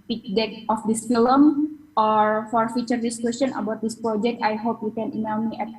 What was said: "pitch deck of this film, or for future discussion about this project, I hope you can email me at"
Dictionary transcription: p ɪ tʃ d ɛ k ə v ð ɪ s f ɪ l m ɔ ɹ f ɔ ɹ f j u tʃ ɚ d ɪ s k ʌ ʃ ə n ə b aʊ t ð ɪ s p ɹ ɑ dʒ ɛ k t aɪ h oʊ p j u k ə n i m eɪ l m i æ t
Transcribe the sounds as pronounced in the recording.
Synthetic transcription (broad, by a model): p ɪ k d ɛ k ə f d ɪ s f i l m ɔ ɹ f ɔ ɹ f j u tʃ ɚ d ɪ s k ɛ s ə n ə b aʊ t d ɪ s p ɹ ɑ dʒ ɛ k t aɪ h oʊ p j u k ə n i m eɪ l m i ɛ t